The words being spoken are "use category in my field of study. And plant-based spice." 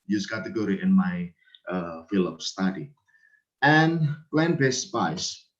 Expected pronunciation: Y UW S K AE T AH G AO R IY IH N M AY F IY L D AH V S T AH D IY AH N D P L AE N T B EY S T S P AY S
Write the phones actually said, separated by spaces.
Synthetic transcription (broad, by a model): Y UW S K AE T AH G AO R IY IH N M AY F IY L AH P S T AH D IY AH N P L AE N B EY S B AY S